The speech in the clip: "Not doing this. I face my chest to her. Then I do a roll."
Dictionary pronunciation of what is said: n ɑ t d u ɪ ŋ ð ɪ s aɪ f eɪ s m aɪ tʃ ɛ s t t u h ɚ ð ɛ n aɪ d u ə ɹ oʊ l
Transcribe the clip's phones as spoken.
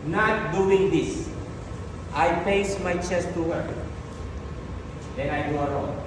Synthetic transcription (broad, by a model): n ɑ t d u ɪ ŋ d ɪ s aɪ p eɪ s m aɪ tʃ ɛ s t t u h ɚ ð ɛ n aɪ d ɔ ə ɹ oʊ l